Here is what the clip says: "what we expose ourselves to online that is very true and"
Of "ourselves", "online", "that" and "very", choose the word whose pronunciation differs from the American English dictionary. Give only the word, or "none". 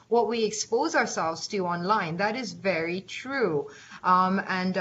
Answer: none